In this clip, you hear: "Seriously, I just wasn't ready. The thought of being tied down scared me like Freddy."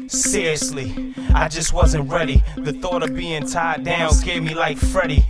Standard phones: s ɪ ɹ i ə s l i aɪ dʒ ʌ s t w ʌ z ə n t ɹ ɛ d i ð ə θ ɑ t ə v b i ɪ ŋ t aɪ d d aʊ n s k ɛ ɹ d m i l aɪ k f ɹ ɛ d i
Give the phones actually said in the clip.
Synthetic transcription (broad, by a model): s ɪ ɹ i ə s l i aɪ dʒ ʌ s t w ʌ z ə n t ɹ ɛ d i ð ə θ ɑ t ə v b i ɪ ŋ t aɪ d d aʊ n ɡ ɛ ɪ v m i l aɪ k f ɹ ɛ d i